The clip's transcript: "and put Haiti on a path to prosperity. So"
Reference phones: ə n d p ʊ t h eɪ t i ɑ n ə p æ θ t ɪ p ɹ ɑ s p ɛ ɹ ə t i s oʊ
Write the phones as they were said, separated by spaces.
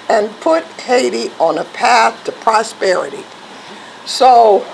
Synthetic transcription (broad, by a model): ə n p ʊ t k eɪ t i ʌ n ə p æ θ t ɪ p ɹ ɑ s p ɛ ɹ ə t i s oʊ